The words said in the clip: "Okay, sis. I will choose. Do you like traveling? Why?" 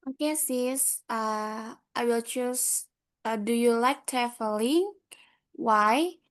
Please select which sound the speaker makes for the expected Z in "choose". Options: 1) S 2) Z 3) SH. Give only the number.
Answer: 1